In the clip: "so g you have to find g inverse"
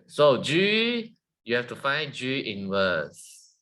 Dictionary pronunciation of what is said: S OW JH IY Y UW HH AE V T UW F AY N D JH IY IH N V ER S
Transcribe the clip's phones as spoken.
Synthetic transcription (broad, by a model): S OW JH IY Y UW HH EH F T UW F AY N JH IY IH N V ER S